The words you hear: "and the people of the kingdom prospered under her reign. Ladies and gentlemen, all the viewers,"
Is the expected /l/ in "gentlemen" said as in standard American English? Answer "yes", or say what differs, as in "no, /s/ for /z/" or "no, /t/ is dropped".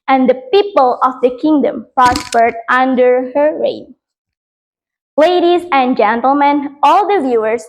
yes